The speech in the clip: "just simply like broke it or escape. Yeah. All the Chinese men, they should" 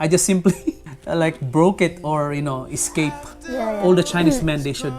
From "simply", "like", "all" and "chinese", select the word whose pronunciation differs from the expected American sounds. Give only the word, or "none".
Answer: chinese